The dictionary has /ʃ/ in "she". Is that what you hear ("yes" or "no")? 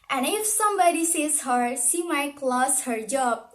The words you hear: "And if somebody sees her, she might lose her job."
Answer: no